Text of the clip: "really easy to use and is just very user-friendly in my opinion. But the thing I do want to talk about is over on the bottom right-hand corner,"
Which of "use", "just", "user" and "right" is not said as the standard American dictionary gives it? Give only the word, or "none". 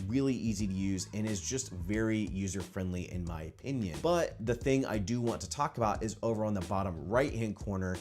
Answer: none